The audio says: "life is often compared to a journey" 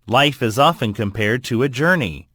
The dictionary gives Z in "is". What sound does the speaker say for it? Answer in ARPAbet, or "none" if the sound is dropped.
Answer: Z